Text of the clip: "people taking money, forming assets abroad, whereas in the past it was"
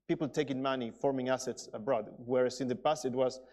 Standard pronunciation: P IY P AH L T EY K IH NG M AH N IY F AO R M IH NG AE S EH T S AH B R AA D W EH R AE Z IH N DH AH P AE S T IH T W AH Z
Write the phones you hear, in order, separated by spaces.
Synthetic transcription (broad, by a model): P IY P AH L T EY K IH NG M AH N IY F AO R M IH NG AE S EH T S AH B R AA D W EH R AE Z IH N DH AH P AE S IH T W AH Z